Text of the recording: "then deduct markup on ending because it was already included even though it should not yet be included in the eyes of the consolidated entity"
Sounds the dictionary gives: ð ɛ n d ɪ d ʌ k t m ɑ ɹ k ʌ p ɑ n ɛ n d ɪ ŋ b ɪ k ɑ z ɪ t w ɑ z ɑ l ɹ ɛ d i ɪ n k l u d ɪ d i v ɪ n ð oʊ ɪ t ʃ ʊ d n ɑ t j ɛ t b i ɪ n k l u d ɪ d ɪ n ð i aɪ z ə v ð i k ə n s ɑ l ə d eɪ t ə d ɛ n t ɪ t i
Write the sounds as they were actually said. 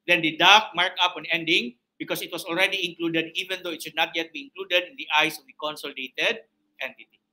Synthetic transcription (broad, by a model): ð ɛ n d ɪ d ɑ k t m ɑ ɹ k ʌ p ɑ n ɛ n d ɪ ŋ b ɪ k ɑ s ɪ t w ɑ s ɑ l ɹ ɛ d i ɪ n k l u d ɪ d i v ɪ n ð oʊ ɪ t ʃ ʊ d n ɑ t j ɛ t b i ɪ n k l u d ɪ d ɪ n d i aɪ s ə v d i k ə n s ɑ l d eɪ t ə d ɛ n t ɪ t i